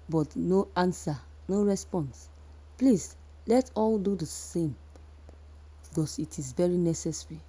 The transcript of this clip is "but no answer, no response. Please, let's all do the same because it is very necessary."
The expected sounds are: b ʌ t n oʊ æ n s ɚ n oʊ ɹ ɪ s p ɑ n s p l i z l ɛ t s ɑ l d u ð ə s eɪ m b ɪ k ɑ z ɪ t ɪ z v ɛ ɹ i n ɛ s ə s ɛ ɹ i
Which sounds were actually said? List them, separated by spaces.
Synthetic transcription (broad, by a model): b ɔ t n oʊ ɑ n s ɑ n oʊ ɹ ɪ s p ɑ n s p l i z l ɛ t ɑ l d u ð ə s eɪ m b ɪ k ɑ s ɪ t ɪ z v ɛ ɹ i n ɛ s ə s ɹ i